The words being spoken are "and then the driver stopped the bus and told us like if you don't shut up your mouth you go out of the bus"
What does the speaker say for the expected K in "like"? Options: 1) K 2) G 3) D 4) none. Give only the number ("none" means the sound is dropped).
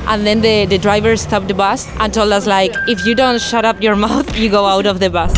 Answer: 1